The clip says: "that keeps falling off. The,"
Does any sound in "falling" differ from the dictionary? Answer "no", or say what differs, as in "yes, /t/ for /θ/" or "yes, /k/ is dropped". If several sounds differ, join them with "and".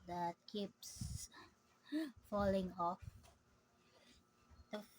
no